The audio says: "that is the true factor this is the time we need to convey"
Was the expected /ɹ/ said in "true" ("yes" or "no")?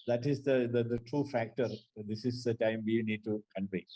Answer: yes